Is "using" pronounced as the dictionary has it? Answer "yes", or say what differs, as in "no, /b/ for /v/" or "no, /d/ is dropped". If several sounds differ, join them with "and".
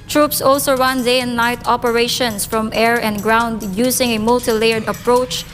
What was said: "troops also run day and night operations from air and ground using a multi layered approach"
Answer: no, /s/ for /z/